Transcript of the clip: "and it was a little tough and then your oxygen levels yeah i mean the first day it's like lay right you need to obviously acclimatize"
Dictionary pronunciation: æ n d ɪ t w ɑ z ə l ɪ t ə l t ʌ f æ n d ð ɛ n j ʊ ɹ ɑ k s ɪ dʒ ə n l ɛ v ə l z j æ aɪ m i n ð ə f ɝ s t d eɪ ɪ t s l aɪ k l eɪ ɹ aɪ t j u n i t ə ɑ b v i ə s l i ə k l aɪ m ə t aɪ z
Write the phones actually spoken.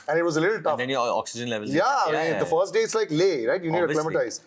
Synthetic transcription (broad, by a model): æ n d ɪ t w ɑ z ə l ɪ t ə l t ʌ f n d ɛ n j ɑ k s ɪ dʒ ə n l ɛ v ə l j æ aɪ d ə f ɝ s t d eɪ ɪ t s l aɪ k l eɪ ɹ aɪ t j u n i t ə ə l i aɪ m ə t aɪ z